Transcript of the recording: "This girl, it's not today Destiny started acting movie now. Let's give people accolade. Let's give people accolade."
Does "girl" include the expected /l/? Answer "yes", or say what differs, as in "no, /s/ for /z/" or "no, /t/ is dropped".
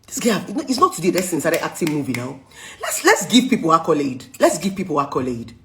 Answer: no, /n/ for /l/